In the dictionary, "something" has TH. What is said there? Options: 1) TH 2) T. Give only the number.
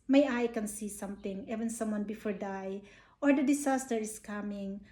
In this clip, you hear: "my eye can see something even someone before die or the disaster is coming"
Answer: 2